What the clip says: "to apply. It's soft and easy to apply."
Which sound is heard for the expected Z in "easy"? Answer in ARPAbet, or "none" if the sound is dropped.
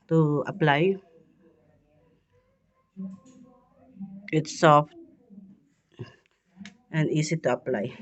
S